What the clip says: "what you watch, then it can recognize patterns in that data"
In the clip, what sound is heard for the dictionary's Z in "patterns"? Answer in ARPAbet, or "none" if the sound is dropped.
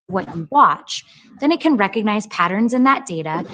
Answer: Z